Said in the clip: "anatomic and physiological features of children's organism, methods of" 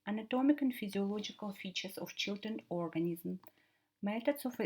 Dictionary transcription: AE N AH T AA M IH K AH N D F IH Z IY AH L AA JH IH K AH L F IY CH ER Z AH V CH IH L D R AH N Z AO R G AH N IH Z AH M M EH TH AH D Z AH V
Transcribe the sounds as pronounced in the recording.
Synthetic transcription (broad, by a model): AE N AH T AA M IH K AH N D F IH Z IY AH L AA JH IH K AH L F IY CH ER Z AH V CH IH L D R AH N AO R G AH N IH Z M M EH T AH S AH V